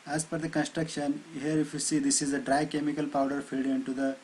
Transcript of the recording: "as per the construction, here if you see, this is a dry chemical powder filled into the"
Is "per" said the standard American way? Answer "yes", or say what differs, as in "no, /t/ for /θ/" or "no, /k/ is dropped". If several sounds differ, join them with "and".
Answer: no, /f/ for /p/